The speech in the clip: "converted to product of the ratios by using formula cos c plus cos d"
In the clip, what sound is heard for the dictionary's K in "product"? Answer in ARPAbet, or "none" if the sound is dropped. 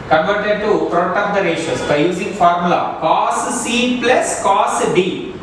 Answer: none